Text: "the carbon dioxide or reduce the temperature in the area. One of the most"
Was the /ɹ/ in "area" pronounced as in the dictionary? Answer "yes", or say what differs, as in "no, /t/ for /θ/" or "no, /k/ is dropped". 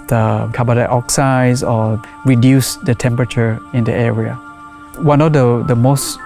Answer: yes